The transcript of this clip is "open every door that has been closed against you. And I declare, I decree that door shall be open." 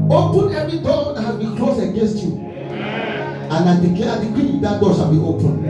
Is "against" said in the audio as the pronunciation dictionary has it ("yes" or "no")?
yes